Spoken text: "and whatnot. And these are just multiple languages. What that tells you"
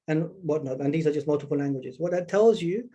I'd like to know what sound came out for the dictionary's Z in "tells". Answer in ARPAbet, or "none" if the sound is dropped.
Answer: Z